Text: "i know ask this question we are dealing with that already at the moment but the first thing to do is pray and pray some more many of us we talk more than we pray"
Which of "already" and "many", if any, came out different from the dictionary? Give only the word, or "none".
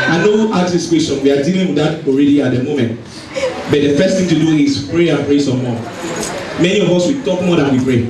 none